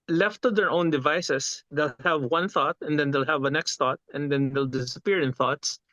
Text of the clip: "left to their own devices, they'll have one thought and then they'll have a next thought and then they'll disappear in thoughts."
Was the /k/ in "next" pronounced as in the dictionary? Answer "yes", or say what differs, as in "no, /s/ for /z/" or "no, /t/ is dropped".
yes